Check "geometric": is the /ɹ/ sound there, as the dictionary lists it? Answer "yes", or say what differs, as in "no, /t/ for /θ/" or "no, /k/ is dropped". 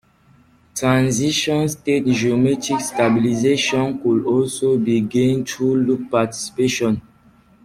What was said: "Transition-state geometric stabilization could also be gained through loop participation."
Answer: no, /ɹ/ is dropped